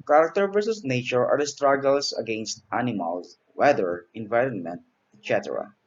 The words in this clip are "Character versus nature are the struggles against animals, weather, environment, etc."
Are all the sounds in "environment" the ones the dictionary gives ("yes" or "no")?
yes